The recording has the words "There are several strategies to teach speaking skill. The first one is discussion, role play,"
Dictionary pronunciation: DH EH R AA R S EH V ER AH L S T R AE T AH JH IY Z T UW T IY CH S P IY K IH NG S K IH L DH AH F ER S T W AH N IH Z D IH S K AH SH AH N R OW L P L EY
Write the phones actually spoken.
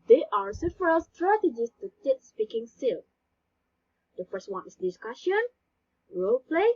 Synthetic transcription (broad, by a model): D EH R AA R S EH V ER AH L S T R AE T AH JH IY S T UW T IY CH S P IY K IH NG S IH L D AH F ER S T W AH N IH S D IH S K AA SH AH N R OW L P L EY